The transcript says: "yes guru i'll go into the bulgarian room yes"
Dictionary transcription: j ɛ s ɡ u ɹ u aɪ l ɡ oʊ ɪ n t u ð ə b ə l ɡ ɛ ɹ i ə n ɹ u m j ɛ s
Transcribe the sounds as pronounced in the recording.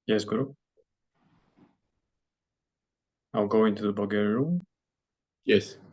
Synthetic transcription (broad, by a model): j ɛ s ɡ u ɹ aɪ l ɡ oʊ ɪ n t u ð ə b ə ɡ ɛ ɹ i ɹ u m j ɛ s